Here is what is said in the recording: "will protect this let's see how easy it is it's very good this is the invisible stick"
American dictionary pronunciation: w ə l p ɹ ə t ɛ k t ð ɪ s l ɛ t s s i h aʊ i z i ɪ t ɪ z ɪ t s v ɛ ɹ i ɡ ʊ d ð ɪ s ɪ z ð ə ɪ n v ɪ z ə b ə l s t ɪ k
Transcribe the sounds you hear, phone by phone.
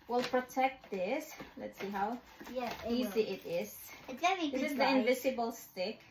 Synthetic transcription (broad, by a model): w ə l p ɹ ə t ɛ k t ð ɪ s l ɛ t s s i h aʊ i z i ɪ t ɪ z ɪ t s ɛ i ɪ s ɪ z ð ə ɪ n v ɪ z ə b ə l s t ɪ k